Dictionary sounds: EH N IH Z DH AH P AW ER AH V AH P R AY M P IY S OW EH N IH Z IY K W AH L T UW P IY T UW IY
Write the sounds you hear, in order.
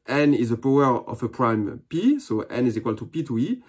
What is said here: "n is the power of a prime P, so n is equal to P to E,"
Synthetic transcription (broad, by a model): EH N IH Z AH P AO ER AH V AH P R AY M P IY S OW EH N IH Z IY K W AH L T UW P IY T UW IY